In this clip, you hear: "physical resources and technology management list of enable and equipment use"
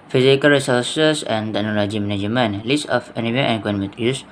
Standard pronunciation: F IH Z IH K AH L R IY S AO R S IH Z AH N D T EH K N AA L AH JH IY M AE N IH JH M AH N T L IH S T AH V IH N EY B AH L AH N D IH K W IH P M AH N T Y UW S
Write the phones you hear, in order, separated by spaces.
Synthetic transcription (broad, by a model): F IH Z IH K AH L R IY S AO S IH S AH N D T EH K N AA L AH JH IY M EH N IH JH M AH N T L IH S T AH F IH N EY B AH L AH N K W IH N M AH T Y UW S